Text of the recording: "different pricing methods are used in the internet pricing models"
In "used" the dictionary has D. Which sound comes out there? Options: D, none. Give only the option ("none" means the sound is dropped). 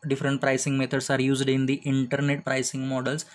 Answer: D